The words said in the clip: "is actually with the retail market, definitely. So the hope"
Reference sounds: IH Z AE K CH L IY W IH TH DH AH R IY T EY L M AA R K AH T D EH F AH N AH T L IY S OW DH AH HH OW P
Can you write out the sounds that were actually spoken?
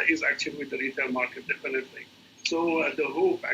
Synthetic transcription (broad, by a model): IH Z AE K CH IY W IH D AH R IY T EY N M AA R K AH T D EH F AH N AH T L IY S OW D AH HH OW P